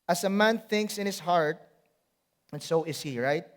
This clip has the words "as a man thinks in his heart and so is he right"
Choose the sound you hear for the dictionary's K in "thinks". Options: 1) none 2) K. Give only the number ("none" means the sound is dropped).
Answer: 2